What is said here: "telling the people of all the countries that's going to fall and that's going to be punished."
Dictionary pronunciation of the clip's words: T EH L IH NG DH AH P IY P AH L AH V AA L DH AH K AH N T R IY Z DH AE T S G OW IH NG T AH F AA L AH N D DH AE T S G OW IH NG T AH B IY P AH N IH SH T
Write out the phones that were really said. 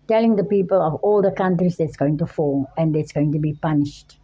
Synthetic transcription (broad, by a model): T EH L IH NG DH AH P IY P AH L AH V AA L DH AH K AH N T R IY Z DH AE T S G OW IH NG T AH F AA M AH N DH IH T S G OW IH NG T AH B IY P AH N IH SH T